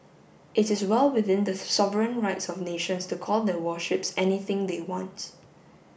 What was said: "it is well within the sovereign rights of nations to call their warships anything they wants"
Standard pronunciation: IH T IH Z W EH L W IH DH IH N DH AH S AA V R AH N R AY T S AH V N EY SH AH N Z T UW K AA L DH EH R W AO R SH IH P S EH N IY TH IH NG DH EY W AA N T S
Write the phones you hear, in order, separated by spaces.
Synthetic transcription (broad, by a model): IH T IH S W EH L W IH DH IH N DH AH S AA V R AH N R AY T S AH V N EY SH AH N S T UW K AA L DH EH W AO SH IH P S EH N IY TH IH NG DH EY W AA N T